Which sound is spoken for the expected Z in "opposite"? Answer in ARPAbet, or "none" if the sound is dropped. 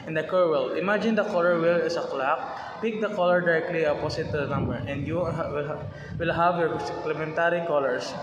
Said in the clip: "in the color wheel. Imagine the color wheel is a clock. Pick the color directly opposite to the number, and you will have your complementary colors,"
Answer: S